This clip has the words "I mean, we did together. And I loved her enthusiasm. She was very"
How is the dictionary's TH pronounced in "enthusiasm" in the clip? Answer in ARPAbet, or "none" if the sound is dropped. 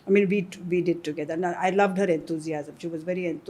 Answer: T